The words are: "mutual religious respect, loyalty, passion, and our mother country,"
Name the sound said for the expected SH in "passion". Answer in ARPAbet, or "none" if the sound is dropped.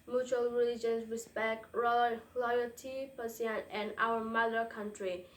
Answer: S